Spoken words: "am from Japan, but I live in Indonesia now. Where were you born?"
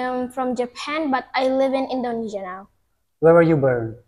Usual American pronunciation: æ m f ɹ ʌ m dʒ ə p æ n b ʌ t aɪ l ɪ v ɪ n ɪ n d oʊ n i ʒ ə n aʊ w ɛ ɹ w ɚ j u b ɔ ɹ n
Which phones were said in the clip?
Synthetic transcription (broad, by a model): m f ɹ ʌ m dʒ ə p æ n b ʌ t aɪ l ɪ v ɪ n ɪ n d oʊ n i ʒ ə n aʊ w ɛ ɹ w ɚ j u b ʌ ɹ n